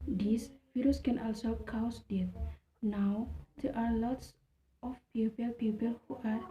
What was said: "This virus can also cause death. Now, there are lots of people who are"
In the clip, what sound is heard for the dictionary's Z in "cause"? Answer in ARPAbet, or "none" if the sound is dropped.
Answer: S